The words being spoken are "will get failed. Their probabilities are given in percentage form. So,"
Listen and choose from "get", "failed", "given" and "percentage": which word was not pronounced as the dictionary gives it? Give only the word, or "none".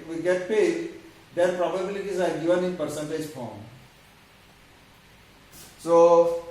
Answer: failed